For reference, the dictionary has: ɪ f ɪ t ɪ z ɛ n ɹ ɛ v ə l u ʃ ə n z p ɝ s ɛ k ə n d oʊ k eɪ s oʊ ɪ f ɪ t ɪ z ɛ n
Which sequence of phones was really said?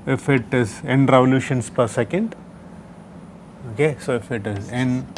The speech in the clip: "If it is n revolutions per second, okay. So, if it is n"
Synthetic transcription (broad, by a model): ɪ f ɪ t ɪ z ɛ n ɹ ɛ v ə l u ʃ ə n s p ɝ s ɛ k ə n d oʊ k eɪ s oʊ ɪ f ɪ t ɪ z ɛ n